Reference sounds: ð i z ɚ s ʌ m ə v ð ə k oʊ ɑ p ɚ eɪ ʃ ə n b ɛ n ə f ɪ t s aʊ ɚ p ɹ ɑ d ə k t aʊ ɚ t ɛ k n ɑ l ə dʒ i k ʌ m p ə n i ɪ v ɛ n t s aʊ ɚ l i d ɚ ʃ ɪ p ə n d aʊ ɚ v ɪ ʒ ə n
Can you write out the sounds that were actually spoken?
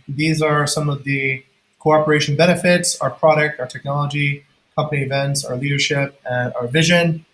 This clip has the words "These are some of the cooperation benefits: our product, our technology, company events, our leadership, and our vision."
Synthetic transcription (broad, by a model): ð i z ɚ s ʌ m ə v ð ə k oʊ ɑ p ɚ eɪ ʃ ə n b ɛ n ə f ɪ t s aʊ ɚ p ɹ ɑ d ə k t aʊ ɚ t ɛ k n ɑ l ə dʒ i k ʌ m p ə n i ɪ v ɛ n t s aʊ ɚ l i d ɚ ʃ ɪ p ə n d aʊ ɚ v ɪ ʒ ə n